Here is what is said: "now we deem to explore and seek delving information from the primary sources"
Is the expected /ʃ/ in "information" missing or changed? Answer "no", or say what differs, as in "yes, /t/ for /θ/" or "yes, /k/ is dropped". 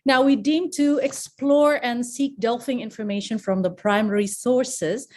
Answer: no